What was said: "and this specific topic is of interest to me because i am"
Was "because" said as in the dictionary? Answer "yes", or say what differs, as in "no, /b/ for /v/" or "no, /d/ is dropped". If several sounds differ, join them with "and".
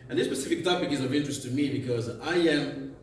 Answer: yes